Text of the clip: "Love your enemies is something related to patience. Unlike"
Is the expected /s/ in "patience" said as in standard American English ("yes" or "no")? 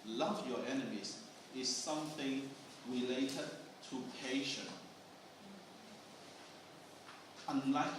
no